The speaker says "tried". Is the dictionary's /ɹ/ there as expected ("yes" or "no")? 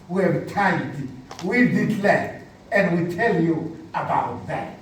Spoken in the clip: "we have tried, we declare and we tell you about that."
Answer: no